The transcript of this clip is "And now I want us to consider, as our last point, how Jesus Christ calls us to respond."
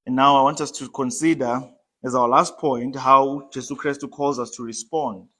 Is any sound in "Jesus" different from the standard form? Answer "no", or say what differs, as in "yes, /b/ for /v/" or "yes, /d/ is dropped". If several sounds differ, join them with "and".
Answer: yes, /s/ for /z/ and /s/ is dropped